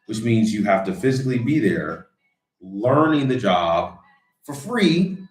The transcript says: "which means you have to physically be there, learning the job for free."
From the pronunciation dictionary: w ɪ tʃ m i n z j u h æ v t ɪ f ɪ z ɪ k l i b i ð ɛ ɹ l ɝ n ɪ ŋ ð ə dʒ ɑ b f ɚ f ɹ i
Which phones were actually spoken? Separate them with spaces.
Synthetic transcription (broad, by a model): w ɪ tʃ m i n z j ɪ h æ f t ɪ f ɪ z ɪ k l i b i ð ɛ ɹ l ɝ n ɪ ŋ ð ə dʒ ɑ b f ɚ f ɹ i